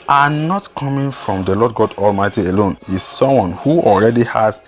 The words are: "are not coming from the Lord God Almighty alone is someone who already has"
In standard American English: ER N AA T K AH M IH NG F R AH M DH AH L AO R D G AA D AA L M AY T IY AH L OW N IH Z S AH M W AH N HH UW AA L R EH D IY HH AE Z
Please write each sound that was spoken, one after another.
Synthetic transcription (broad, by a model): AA N AA T K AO M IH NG F R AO M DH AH L AO D G AA D AA L M AY T IY AH L OW N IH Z S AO M W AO N HH UW AA L R EH D IY HH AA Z